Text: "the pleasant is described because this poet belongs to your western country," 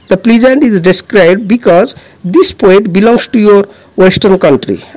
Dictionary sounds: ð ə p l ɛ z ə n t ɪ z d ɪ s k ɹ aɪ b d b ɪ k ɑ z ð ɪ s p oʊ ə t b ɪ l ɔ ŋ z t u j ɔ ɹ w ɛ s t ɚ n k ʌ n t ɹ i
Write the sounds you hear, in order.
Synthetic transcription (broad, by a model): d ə p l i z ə n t ɪ z d ɪ s k ɹ aɪ b d b ɪ k ɑ z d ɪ s p oʊ ə t b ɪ l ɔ ŋ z t u j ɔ ɹ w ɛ s t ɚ n k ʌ n t ɹ i